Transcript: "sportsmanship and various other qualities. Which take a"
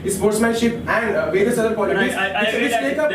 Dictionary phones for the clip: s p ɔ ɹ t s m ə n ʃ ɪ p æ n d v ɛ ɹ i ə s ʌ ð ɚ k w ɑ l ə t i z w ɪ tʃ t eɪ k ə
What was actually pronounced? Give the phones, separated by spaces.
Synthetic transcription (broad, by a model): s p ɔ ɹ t s m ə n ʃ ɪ p æ n d v ɛ ɹ i ə s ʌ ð ɚ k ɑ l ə t i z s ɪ s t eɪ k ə